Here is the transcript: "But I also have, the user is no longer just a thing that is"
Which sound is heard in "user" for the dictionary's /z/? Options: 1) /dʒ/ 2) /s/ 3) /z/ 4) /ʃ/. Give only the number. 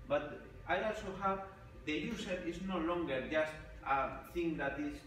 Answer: 2